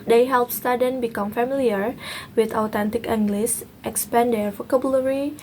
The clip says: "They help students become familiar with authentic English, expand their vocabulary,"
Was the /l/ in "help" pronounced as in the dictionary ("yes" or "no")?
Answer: yes